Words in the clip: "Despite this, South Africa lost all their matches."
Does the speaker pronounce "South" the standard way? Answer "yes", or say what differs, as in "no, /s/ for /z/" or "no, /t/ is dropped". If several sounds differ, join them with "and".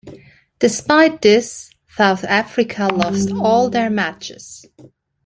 yes